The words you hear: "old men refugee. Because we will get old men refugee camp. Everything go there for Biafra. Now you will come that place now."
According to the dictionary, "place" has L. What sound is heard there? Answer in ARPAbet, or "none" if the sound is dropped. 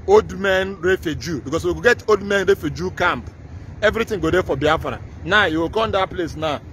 L